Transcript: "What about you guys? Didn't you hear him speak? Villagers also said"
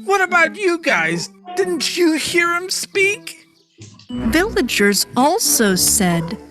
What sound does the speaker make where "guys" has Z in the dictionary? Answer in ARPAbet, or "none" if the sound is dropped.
Z